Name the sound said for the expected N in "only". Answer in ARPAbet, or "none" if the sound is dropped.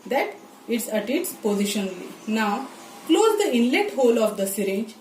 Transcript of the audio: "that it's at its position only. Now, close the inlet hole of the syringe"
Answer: none